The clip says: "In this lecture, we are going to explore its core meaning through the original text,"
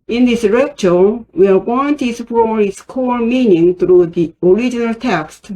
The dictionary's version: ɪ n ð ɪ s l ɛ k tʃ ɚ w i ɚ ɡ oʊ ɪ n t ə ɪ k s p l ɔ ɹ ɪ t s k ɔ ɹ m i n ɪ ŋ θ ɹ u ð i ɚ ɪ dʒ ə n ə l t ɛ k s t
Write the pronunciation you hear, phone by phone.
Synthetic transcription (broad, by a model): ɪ n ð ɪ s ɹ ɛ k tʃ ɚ w i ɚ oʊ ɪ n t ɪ s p ɔ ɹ ɪ t s k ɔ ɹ m i n ɪ ŋ θ ɹ u ð i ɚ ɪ dʒ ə n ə l t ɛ k s t